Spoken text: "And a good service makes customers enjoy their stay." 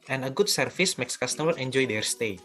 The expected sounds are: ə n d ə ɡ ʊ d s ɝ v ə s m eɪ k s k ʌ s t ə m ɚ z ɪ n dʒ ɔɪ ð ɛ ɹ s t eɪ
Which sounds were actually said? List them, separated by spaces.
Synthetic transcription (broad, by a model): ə n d ə ɡ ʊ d s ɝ f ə s m eɪ k s k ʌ s t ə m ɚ ɪ n dʒ ɔɪ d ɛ ɹ s t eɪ